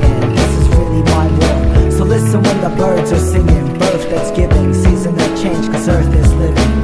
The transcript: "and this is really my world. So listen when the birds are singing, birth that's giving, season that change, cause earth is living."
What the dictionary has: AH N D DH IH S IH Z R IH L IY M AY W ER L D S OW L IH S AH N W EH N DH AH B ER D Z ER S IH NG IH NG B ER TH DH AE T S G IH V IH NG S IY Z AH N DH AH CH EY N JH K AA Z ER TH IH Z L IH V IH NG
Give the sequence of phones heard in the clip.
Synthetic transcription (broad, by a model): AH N DH IH S IH Z R IH L IY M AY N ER S OW L IH S AH N W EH N DH AH B ER D Z ER S IH NG IH NG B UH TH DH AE T S G IH V IH NG S IY Z AH N DH AH CH EY N JH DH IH S ER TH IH S L IH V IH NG